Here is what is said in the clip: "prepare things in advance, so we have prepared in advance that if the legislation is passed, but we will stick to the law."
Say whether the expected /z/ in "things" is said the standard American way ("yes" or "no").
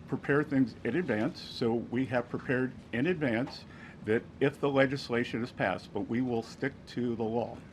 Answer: yes